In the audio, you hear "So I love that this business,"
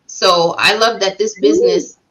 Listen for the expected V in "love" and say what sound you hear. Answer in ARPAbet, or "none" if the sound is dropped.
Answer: V